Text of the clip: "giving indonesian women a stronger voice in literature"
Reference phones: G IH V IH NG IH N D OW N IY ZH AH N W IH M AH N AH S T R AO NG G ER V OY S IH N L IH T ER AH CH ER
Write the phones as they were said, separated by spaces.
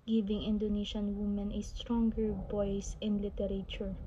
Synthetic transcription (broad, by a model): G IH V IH NG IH N D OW N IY SH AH N W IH M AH N AH S T R AO NG G ER B OY S IH N L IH T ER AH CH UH